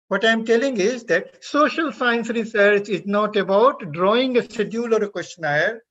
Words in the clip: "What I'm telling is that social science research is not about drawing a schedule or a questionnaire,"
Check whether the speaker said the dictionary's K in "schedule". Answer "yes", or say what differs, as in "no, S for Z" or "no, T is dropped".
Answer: no, K is dropped